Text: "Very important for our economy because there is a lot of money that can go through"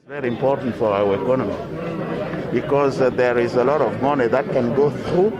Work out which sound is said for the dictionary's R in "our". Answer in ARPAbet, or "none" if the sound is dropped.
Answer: W